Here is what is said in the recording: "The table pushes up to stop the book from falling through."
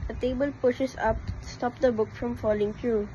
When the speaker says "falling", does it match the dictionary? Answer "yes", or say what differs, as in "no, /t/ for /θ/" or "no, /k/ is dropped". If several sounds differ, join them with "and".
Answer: yes